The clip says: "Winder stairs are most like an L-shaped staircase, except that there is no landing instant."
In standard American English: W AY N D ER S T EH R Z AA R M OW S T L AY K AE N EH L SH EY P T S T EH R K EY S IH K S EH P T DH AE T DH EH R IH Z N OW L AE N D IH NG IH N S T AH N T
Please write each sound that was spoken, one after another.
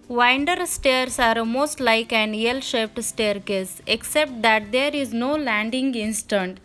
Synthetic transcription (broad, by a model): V AY N D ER S T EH R S AA R M OW S T L AY K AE N EH L SH EY P T S T EH R K EY S IH K S EH P T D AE T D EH R IH Z N OW L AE N D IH NG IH N S T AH N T